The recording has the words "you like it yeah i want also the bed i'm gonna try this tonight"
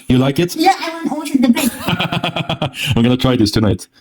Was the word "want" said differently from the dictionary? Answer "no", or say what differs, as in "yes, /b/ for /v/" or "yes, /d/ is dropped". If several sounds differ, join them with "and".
yes, /t/ is dropped